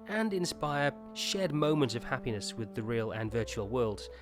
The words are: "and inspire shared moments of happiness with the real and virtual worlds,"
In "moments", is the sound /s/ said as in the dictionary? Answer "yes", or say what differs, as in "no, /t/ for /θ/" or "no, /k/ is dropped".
no, /s/ is dropped